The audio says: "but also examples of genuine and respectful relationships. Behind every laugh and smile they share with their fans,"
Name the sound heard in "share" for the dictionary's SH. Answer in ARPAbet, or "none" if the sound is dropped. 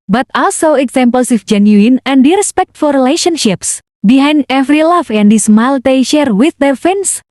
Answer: SH